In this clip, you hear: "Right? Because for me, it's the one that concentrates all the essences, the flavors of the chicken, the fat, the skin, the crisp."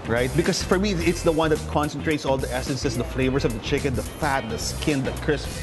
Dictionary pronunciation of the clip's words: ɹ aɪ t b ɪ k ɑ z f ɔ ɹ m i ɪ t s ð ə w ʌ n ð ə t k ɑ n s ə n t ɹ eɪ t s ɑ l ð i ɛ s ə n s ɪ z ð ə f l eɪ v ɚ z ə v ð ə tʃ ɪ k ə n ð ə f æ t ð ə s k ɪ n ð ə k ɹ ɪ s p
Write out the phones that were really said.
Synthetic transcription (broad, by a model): ɹ aɪ t b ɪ k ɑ s f ɔ ɹ m i ɪ t s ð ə w ʌ n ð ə t k ɑ n s ə n t ɹ eɪ t s ɑ l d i ɛ s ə n s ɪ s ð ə f l eɪ v ɚ s ə v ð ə tʃ ɪ k ə n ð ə f æ t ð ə s k ɪ n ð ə k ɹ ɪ s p